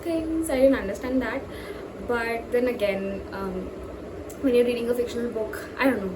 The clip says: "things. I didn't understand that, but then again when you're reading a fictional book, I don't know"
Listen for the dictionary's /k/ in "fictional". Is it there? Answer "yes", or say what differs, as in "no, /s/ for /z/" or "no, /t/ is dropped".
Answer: yes